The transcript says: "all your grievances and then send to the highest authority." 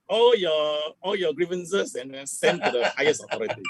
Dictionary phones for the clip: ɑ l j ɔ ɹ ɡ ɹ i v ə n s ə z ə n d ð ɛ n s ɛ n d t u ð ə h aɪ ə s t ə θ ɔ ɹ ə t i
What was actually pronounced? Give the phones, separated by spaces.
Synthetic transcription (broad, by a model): ɑ l j ɔ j ɡ ɹ i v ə n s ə s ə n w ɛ s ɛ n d t u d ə h aɪ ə s ə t ɔ ɹ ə t i